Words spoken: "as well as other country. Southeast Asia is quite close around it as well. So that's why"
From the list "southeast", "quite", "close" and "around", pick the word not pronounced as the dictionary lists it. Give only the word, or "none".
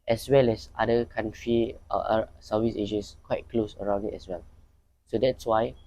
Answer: southeast